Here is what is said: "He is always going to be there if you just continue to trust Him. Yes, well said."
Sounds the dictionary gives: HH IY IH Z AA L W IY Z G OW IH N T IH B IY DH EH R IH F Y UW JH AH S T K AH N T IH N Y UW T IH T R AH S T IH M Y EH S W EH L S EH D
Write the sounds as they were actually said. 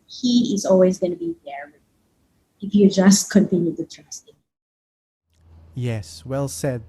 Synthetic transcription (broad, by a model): HH IY IH Z AA L W IY Z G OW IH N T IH B IY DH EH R IH F Y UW JH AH S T K AH N T IH N Y UW T IH T R AH S T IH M Y EH S W EH L S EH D